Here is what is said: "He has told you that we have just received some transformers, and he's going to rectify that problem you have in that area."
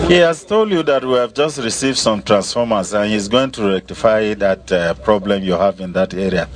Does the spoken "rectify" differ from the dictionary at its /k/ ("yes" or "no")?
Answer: no